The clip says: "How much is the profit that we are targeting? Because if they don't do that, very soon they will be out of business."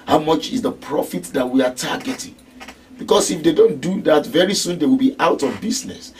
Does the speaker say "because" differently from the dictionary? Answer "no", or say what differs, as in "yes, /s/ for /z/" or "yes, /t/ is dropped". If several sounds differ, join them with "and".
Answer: yes, /s/ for /z/